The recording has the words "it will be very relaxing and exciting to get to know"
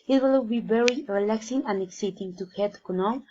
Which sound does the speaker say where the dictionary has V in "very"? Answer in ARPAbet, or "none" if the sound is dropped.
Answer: B